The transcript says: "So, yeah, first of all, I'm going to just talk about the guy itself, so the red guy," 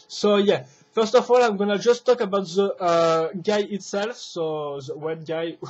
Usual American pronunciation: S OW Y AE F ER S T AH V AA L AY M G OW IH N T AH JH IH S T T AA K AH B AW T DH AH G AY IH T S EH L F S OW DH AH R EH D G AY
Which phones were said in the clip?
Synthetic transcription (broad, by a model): S OW Y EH F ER S T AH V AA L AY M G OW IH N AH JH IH S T T AA K AH B AW T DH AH G AY IH T S EH L F S OW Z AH W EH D G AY